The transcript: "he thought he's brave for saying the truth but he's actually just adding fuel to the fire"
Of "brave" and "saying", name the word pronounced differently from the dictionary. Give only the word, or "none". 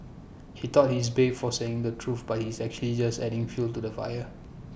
brave